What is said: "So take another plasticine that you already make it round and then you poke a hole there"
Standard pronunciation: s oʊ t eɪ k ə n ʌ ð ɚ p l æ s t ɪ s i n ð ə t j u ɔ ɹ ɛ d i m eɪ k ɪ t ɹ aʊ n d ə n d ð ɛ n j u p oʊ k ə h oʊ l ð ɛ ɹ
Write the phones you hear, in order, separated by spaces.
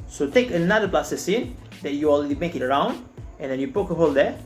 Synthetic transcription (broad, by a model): s oʊ t eɪ k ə n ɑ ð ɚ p l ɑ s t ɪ s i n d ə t j u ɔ l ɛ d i m eɪ k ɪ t ɹ aʊ n d ə n d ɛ n j u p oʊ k ə h oʊ l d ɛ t